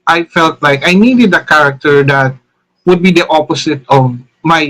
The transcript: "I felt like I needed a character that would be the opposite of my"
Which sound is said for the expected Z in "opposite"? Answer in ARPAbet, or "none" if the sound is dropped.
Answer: S